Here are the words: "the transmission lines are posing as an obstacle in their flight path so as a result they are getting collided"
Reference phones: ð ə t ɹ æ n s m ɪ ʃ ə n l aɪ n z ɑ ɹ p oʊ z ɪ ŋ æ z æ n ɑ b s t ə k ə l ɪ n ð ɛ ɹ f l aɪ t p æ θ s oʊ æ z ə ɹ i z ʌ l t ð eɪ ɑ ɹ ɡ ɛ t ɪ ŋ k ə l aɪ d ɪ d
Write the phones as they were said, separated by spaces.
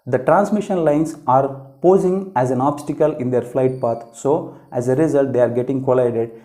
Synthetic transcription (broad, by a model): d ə t ɹ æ n s m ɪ ʃ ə n l aɪ n s ɑ ɹ p oʊ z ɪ ŋ æ z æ n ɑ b s t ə k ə l ɪ n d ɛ ɹ f l aɪ t p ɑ t s oʊ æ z ə ɹ i z ʌ l t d eɪ ɑ ɹ ɡ ɛ t ɪ ŋ k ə l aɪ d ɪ d